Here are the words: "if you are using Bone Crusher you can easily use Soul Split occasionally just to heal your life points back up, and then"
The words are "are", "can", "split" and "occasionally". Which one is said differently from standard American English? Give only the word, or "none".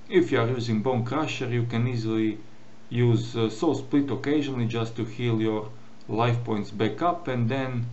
none